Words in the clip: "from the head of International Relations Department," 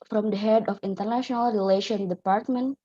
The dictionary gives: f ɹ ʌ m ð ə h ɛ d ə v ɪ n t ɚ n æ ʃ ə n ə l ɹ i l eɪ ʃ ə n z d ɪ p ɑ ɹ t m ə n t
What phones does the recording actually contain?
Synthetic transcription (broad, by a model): f ɹ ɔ m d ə h ɛ d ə f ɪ n t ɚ n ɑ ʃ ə n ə l ɹ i l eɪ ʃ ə n d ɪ p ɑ ɹ t m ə n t